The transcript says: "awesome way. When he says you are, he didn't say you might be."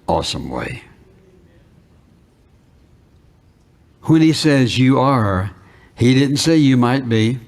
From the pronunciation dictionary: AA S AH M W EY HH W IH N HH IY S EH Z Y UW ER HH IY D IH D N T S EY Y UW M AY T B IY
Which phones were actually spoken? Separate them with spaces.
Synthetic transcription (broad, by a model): AA S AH M W EY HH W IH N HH IY S EH Z Y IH ER HH IY D IH D N T S EY Y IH M AY T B IY